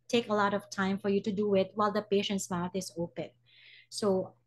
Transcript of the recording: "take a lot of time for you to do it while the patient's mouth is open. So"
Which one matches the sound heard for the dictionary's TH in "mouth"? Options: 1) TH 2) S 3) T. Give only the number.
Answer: 3